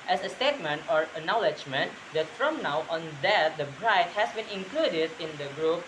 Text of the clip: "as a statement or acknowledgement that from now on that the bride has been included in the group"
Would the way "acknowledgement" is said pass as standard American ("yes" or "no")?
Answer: no